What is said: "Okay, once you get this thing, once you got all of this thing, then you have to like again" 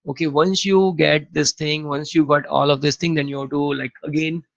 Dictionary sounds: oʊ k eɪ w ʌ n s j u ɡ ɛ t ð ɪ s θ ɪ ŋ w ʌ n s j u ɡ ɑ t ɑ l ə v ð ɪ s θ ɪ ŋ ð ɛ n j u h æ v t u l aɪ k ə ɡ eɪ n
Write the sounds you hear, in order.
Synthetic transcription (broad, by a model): oʊ k eɪ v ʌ n s j u ɡ ɛ t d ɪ s t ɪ ŋ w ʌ n s j u ɡ ɑ t ɑ l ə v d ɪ s t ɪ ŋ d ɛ n j u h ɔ t u l aɪ k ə ɡ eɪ n